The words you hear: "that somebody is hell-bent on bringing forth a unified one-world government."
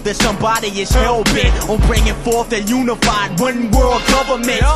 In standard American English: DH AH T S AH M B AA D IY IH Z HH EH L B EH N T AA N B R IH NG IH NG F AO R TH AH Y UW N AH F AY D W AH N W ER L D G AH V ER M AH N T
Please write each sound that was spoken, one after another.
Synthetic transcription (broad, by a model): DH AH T S AH M B AA D IY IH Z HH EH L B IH T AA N B R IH NG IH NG F AO R TH AH Y UW N AH F AY D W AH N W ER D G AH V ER M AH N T